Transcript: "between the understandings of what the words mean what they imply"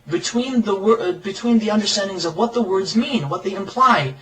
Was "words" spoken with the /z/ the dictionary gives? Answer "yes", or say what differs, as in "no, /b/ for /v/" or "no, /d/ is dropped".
yes